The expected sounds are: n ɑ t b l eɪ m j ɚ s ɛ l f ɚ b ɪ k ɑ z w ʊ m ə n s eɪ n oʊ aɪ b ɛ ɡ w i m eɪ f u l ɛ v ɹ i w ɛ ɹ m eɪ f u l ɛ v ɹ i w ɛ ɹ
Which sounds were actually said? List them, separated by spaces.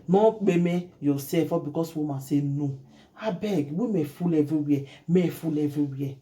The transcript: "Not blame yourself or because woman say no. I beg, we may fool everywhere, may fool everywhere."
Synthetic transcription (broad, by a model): n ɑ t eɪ m j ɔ s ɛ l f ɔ b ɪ k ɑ s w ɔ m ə s eɪ n oʊ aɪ b ɛ ɡ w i m eɪ f u l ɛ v i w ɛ m eɪ f u l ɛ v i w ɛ